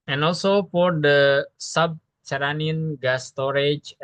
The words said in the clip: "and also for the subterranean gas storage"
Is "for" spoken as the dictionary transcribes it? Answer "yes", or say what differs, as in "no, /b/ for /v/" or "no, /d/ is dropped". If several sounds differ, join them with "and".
no, /p/ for /f/